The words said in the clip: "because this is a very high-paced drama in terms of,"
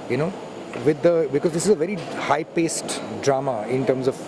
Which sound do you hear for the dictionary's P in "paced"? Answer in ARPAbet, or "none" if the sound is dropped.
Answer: P